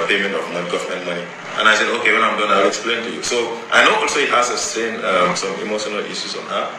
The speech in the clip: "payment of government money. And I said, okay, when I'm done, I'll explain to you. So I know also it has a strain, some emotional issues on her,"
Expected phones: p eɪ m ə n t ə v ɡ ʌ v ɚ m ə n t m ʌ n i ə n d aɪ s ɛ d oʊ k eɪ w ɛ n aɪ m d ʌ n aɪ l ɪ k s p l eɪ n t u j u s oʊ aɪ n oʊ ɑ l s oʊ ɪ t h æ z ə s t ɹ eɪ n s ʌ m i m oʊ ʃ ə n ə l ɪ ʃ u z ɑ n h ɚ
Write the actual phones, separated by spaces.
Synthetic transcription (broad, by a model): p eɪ m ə n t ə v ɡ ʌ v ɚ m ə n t m ʌ n i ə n aɪ s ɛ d oʊ k eɪ w ɛ n aɪ m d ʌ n aɪ l ɪ k s p l eɪ n t u j u s oʊ aɪ n oʊ ɑ l s oʊ ɪ t h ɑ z ə s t eɪ n s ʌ m i m oʊ ʃ ə n ə l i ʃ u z ɑ n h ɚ